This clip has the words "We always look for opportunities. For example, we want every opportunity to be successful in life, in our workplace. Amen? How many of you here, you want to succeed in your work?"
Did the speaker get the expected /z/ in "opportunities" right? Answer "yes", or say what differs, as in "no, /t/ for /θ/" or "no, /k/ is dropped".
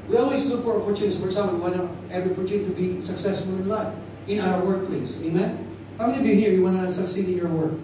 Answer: no, /z/ is dropped